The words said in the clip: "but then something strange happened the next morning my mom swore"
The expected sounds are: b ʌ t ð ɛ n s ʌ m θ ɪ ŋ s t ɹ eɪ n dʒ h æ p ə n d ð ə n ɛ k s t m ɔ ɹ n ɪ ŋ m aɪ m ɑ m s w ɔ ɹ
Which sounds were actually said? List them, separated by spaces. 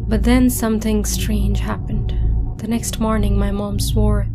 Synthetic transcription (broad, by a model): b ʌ t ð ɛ n s ʌ m θ ɪ ŋ s t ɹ eɪ n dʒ h æ p ə n d ð ə n ɛ k s t m ɔ ɹ n ɪ ŋ m aɪ m ɑ m s w ɔ ɹ